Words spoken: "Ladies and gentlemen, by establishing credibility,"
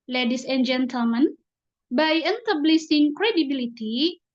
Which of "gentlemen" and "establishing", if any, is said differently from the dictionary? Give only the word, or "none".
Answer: establishing